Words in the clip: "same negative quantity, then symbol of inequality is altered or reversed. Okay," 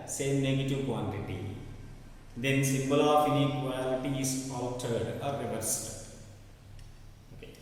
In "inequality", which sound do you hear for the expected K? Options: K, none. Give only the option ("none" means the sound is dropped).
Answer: none